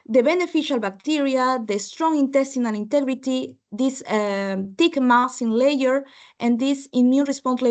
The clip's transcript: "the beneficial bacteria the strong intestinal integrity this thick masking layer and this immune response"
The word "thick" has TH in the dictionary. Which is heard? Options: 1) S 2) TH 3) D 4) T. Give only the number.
4